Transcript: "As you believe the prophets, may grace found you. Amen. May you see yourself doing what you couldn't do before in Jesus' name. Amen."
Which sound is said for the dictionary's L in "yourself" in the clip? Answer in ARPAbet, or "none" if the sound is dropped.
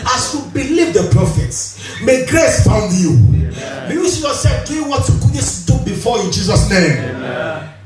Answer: none